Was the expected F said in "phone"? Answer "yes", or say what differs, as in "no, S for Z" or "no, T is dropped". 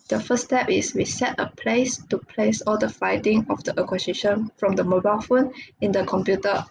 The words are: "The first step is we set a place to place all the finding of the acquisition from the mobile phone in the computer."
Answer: yes